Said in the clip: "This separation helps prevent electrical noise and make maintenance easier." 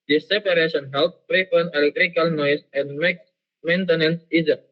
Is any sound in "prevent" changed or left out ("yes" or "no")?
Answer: yes